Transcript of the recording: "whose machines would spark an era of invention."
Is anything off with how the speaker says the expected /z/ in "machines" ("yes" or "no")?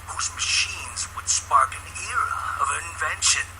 no